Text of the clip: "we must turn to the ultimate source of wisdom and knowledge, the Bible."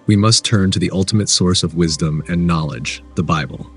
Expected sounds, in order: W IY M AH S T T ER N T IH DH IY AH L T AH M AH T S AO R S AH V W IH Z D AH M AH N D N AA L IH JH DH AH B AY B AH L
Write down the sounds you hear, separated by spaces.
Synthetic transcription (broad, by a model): W IY M AH S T T ER N T IH DH IY AH L T AH M AH T S AO R S AH V W IH Z D AH M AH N N AA L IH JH DH AH B AY B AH L